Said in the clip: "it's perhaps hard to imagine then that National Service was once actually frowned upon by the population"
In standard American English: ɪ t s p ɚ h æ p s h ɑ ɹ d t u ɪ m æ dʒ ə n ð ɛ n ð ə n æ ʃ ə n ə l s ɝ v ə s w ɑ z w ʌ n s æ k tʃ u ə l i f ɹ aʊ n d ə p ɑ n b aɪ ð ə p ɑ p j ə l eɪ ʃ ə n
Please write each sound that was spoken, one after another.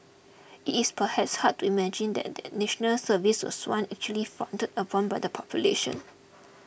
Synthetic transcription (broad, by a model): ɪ t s p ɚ h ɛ p s h ɑ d t u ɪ m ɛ dʒ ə n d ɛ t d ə n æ ʃ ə n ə l s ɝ v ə s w ɑ s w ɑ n æ k tʃ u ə l i f aʊ n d ə p ɑ n b aɪ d ə p ɑ p j ə l eɪ ʃ ə n